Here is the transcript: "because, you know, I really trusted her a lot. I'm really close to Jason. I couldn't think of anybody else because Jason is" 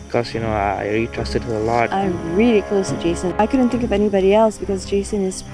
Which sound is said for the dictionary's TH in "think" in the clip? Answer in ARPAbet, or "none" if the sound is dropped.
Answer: TH